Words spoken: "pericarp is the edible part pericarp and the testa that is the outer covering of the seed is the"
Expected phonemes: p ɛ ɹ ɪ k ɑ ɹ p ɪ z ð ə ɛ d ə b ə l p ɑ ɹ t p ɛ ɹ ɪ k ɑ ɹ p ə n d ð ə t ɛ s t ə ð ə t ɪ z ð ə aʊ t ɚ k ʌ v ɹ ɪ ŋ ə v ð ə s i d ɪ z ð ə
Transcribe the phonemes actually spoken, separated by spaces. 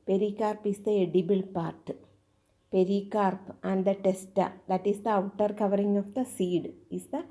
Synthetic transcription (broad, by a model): p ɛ ɹ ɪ k ɑ ɹ p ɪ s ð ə ɛ d ə b ə l p ɑ ɹ t p ɛ ɹ ɪ k ɑ ɹ p ə n d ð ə t ɛ s t ə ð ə t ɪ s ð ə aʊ t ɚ k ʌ v ɹ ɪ ŋ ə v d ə s i d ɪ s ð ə